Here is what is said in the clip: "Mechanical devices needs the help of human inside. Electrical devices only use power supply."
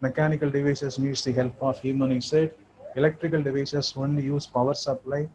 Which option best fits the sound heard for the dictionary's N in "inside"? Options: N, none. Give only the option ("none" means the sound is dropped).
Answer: none